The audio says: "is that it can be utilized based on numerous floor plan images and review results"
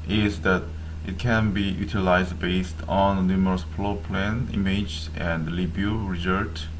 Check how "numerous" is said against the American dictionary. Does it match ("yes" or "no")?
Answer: yes